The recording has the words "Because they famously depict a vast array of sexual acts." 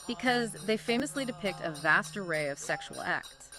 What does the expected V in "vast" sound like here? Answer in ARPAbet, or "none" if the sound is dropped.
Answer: V